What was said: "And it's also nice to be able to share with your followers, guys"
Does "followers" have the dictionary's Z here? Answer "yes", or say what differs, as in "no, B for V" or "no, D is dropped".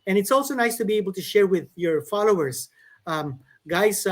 no, S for Z